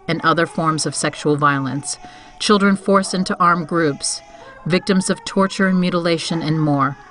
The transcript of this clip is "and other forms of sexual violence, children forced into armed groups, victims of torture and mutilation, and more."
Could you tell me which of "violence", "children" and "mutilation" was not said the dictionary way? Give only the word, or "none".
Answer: none